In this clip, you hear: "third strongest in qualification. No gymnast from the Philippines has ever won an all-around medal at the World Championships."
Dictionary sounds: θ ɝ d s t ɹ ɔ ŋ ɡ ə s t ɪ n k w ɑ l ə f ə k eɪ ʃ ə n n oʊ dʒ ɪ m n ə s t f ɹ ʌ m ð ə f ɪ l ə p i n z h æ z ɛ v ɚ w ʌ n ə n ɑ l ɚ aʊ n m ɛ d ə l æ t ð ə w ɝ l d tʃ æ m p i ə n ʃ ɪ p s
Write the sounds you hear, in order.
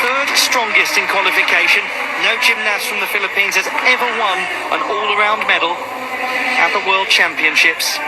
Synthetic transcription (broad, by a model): θ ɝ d s t ɹ ɔ ŋ ɡ ə s t ɪ n k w ɑ l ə f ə k eɪ ʃ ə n n oʊ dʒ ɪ m n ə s f ɹ ʌ m ð ə f ɪ l ə p i n z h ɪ z ɛ v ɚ w ʌ n ə n ɑ l ɚ aʊ n m ɛ d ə l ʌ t ð ə w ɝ l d tʃ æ m p i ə n ʃ ɪ p s